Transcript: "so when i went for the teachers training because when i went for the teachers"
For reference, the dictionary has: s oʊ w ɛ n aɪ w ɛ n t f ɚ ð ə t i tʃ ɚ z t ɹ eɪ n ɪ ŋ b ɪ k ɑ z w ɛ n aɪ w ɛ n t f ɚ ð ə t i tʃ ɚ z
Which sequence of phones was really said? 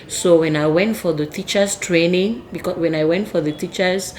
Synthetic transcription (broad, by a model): s oʊ w ɛ n aɪ w ɛ n t f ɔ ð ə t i tʃ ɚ s t ɹ eɪ n ɪ ŋ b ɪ k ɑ w ɛ n aɪ w ɛ n t f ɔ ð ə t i tʃ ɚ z